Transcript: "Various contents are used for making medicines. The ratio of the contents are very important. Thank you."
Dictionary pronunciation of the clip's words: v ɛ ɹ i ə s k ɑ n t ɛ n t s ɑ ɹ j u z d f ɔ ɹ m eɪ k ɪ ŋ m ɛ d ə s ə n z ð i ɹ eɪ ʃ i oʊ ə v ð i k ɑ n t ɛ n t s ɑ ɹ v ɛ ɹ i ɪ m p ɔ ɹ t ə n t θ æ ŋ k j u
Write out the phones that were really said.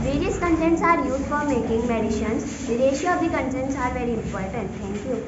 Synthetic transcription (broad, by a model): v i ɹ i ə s k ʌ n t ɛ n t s ɑ ɹ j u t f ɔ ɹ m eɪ k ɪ ŋ m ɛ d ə ʃ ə n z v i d eɪ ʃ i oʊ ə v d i k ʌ n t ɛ n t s ɑ ɹ v ɛ ɹ i ɪ m p ɔ ɹ t ə n t t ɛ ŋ k j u